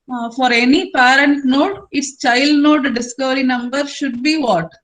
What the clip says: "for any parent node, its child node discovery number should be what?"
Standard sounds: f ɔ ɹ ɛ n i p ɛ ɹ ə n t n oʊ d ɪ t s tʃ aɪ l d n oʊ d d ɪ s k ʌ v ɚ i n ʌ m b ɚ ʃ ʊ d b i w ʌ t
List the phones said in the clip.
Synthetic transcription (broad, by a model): f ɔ ɹ ɛ n i p ɛ ɹ ə n t n oʊ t ɪ t s tʃ aɪ l d n oʊ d d ɪ s k ʌ v ɚ i n ʌ m b ɚ ʃ ʊ d b i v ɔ t